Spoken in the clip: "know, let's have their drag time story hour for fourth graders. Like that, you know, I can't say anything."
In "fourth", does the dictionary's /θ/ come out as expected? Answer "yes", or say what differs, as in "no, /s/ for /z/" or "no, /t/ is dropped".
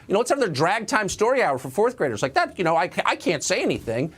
yes